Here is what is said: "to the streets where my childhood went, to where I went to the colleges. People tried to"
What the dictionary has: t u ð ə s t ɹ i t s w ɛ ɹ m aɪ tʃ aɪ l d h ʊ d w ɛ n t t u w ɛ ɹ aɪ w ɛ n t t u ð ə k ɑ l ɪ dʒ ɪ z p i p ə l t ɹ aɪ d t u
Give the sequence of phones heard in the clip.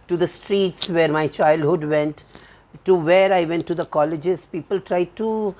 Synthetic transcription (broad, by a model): t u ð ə s t ɹ i t s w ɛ ɹ m aɪ tʃ aɪ l d h ʊ d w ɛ n t t u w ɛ ɹ aɪ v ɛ n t t u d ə k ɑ l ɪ dʒ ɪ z p i p ə l t ɹ aɪ d t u